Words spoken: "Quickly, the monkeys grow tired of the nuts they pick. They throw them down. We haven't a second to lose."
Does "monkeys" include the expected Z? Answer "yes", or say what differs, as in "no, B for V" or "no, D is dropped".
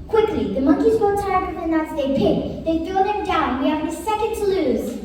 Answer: yes